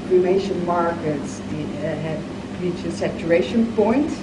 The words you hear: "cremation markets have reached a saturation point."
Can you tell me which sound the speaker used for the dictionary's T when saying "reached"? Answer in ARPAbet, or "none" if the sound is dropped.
none